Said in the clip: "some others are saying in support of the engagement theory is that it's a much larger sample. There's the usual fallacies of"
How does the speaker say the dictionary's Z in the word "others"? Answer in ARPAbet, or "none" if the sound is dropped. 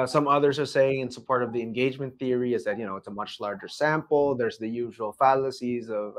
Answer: Z